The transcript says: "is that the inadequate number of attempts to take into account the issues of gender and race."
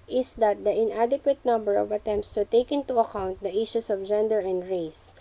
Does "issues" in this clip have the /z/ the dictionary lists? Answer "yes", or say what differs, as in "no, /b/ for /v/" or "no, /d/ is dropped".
no, /s/ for /z/